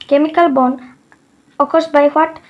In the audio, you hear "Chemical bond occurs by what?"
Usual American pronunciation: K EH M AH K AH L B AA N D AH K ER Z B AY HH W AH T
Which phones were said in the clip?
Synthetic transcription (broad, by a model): K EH M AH K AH L B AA N AH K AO S B AY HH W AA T